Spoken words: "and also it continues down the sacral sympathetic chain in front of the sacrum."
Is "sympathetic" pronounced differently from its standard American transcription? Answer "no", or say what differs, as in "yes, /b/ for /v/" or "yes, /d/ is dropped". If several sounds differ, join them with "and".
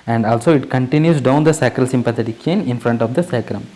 yes, /t/ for /θ/